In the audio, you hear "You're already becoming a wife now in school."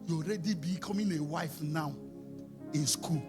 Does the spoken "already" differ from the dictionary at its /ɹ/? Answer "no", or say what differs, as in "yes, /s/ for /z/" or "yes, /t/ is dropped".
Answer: no